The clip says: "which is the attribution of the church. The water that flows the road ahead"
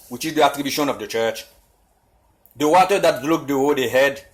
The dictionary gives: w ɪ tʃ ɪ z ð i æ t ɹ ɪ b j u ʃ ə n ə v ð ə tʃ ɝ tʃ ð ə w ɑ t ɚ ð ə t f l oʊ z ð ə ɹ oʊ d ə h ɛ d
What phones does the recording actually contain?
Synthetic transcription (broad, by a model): w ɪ tʃ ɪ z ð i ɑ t ɹ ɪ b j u ʃ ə n ə v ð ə tʃ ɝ tʃ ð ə w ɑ t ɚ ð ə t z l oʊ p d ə w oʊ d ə h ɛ d